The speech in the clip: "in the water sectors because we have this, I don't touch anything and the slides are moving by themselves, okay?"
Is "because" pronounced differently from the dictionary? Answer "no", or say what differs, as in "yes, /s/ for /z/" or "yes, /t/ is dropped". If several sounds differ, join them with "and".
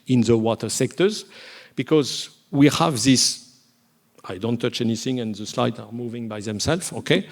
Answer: no